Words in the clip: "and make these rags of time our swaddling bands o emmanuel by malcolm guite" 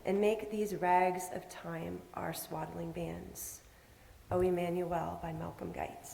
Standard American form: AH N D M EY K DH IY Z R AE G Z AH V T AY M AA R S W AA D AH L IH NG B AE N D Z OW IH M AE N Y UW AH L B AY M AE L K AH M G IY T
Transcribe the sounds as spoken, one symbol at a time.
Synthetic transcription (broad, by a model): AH N M EY K DH IY Z R AE G Z AH V T AY M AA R S W AA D L IH NG B AE N D Z OW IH M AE N Y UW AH L B AY M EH L K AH M G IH T